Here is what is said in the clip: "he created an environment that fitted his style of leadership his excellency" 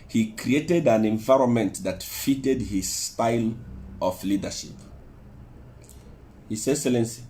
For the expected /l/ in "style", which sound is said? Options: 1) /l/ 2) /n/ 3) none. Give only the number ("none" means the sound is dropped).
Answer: 1